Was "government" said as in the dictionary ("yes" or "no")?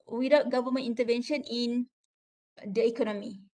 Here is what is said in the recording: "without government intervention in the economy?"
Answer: no